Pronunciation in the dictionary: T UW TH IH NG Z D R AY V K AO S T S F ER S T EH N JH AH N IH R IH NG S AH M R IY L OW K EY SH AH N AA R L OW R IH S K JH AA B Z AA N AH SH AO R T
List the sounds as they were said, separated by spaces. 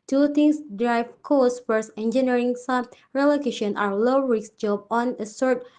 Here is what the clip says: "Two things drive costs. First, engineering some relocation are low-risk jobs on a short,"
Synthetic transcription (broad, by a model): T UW T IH NG S D R AY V K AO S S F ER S EH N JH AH N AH R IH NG S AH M R IY L OW K EY SH AH N AA R L OW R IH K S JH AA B AA N AH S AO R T